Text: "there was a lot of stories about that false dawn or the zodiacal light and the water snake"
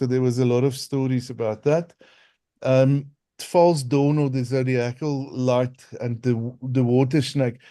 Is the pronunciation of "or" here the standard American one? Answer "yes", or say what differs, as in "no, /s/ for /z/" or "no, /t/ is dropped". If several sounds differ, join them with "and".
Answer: no, /l/ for /ɹ/